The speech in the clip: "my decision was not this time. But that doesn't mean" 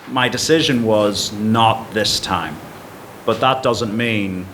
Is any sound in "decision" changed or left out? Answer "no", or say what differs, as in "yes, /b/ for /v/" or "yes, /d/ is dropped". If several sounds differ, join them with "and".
no